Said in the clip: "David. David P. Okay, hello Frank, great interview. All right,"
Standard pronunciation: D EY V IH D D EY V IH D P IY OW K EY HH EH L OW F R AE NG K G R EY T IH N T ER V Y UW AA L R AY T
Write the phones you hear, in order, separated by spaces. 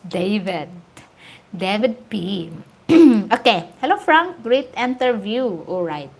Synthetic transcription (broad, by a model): D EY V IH D D EY V IH D P IY OW K EY HH EH L OW F R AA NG K G R EY T IH N T ER V Y UW AA L R AY T